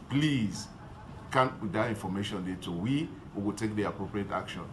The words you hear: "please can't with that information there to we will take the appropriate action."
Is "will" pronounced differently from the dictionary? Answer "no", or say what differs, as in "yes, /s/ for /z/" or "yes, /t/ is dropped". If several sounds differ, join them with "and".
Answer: yes, /w/ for /l/